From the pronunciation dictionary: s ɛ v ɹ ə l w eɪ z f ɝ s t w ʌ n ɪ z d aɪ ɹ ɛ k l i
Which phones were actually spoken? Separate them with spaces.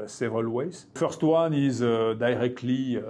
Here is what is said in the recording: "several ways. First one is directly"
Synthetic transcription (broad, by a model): s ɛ v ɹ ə l w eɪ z f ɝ s t w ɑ n ɪ z d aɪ ɹ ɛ k l i